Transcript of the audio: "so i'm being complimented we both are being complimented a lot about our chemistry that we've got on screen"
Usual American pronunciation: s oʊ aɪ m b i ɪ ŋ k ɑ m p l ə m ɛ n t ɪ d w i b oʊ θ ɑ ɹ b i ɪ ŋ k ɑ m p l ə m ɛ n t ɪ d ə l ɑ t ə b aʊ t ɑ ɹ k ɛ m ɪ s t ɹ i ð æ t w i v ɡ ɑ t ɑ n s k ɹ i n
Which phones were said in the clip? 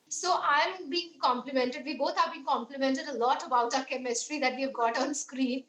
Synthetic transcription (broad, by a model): s oʊ aɪ m b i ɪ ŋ k ɑ m p l ə m ɛ n t ɪ d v i b oʊ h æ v b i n k ɑ m p l ə m ɛ n t ɪ d ə l ɑ t ə b aʊ t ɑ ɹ k ɛ m ɪ s t ɹ i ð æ t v i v ɡ ɑ t ɑ n s k ɹ i n